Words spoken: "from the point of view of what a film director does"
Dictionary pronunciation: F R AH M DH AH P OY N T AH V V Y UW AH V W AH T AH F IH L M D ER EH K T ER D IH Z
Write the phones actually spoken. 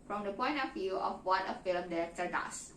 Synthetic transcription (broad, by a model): F R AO M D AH P OY N T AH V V Y UW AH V W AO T AH F IH L M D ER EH T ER D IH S